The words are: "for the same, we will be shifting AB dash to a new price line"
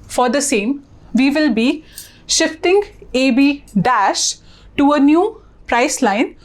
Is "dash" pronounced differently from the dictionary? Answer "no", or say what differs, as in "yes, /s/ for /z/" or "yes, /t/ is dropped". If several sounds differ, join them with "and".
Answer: no